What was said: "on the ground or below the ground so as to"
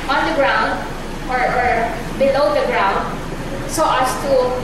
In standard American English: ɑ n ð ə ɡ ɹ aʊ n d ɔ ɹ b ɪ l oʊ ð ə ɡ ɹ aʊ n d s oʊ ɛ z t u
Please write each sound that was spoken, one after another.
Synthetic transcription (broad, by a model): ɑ n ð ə ɡ ɹ aʊ n d ɔ ɹ b ɪ l oʊ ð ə ɡ ɹ aʊ n d s oʊ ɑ s t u